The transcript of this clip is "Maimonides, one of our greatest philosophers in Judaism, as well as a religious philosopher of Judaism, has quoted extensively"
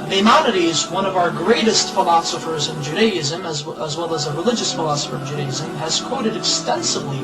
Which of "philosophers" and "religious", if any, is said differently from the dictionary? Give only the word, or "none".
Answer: none